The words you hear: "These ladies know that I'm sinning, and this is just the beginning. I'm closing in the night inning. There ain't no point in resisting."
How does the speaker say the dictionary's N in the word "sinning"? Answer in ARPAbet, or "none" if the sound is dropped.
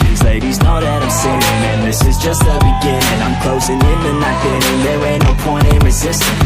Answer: none